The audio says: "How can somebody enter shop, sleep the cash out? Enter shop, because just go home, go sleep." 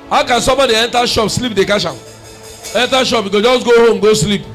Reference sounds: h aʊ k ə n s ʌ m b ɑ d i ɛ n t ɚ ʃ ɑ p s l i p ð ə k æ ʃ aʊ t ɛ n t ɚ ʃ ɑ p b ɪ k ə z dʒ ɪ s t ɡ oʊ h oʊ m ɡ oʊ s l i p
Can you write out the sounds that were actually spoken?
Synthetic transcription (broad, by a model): h aʊ k ə n s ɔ m b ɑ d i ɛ n t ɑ ʃ ɑ p s l i p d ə k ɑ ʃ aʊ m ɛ n t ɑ ʃ ɑ p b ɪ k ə dʒ ɪ s t ɡ oʊ h oʊ m ɡ oʊ s l i p